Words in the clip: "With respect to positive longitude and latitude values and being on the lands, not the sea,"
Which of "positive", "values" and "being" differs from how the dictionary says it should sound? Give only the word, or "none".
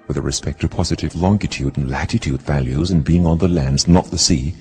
none